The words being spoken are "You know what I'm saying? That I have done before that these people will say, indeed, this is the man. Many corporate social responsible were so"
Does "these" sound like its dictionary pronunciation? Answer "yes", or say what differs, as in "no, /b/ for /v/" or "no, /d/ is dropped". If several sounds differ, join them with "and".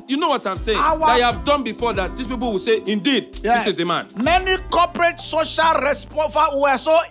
no, /s/ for /z/